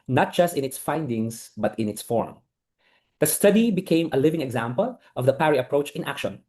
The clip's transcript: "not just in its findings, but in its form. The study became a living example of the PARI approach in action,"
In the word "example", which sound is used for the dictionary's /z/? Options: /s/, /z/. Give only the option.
/z/